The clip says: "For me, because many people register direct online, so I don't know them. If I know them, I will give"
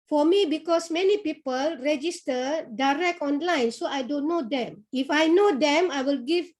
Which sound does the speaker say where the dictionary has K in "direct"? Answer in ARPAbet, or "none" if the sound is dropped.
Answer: K